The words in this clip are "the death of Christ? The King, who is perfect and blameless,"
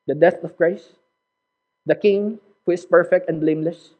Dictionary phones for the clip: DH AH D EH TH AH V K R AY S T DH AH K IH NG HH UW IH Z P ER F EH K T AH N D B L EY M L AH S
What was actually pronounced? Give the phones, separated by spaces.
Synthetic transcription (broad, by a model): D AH D EH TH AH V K R AY S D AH K IH NG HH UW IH S P ER F EH K T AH N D B L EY M L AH S